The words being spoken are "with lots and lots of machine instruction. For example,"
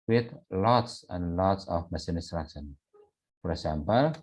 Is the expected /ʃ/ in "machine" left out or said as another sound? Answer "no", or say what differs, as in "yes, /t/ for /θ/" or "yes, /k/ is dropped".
yes, /s/ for /ʃ/